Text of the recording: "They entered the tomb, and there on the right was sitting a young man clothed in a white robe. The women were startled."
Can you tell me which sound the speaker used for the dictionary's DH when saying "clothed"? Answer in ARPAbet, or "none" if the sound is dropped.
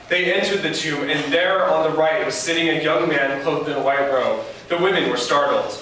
none